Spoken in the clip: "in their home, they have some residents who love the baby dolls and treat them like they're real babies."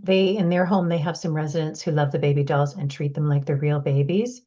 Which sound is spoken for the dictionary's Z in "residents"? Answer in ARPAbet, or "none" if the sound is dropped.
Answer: Z